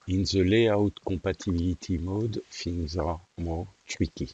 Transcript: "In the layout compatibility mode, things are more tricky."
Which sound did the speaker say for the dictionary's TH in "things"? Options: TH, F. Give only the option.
F